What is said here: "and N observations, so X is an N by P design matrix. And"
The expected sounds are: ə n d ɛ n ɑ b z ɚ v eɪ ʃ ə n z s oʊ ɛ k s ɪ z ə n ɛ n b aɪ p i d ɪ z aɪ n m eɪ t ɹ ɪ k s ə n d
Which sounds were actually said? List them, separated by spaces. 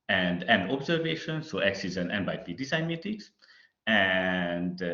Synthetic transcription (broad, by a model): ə n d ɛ n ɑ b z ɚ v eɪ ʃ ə n s oʊ ɛ k s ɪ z ə n ɛ n b aɪ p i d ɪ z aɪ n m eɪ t ɪ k s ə n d